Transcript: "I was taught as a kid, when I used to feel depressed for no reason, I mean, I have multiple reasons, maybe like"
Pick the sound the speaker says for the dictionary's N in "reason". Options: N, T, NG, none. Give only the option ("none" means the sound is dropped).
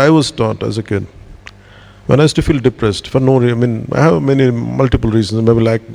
none